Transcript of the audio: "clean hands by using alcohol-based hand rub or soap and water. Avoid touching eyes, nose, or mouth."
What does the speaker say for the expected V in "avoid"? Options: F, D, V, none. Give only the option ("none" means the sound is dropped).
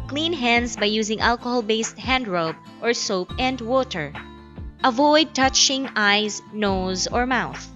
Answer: V